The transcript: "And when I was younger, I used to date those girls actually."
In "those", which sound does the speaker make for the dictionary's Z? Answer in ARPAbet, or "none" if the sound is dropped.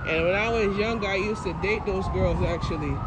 Z